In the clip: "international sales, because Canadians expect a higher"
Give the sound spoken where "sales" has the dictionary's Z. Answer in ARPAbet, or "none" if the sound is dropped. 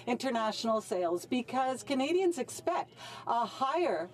Z